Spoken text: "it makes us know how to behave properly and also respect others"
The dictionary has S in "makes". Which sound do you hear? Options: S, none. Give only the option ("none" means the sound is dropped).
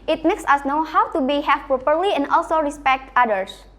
S